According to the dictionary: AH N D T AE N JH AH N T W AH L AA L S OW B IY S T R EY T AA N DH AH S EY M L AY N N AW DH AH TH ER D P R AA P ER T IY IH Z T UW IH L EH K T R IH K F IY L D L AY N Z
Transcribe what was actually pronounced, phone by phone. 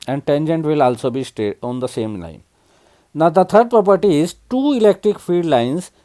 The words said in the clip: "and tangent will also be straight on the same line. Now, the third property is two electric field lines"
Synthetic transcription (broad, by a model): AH N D T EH N JH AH N T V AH L AA L S OW B IY S T EY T AA N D AH S EY M L AY N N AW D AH T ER D P R AA P ER T IY IH Z T UW IH L EH K T R IH K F IY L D L AY N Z